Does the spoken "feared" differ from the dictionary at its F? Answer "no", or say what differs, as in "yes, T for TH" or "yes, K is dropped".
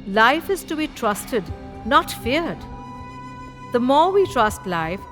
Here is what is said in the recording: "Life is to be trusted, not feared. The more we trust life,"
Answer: no